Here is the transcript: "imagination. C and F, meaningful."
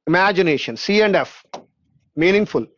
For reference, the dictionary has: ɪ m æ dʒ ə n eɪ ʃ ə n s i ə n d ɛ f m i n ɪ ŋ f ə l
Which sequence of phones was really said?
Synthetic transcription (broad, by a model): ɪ m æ dʒ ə n eɪ ʃ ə n s i ə n d ɛ f m i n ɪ ŋ f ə l